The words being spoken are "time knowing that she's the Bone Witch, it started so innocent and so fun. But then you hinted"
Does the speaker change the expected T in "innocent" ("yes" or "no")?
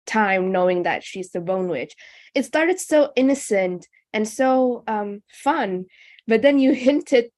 no